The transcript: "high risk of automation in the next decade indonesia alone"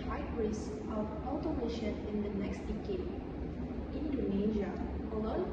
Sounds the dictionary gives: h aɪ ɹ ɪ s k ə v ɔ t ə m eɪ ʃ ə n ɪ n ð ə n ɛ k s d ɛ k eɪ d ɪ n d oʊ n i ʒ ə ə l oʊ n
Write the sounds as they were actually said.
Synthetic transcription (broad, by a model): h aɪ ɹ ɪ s ə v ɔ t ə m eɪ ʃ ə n ɪ n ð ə n ɛ k s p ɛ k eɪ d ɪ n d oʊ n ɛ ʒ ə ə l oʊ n